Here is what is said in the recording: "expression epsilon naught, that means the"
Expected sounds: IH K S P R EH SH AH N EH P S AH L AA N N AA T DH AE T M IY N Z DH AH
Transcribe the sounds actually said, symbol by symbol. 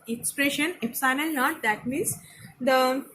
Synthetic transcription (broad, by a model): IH K S P R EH SH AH N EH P S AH N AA L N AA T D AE T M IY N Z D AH